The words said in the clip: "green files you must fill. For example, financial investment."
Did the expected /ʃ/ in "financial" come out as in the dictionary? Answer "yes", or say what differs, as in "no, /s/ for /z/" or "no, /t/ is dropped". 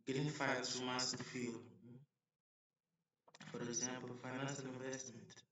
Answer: no, /s/ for /ʃ/